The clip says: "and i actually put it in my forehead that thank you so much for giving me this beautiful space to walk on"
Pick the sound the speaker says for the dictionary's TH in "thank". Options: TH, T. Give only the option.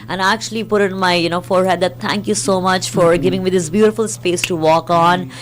T